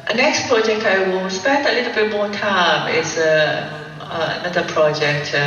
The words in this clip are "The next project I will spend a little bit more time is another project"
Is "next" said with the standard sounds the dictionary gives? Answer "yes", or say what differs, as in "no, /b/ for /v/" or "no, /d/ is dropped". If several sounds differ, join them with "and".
yes